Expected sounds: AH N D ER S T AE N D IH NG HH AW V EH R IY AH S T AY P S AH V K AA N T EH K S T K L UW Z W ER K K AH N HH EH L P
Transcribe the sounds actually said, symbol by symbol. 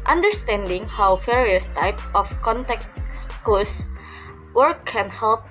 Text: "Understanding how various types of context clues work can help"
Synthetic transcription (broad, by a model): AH N D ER S T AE N D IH NG HH AW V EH R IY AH S T AY P AH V K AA N T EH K S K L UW S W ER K K AH N HH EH L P